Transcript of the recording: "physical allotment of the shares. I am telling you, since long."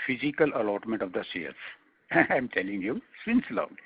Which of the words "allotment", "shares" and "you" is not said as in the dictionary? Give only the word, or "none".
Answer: shares